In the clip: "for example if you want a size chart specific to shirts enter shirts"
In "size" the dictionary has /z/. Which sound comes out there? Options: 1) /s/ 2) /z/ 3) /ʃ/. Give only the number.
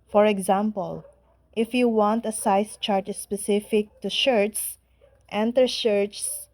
1